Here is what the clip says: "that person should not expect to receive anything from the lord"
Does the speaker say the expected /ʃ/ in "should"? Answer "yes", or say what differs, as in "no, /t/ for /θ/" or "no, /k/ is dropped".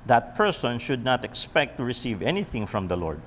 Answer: yes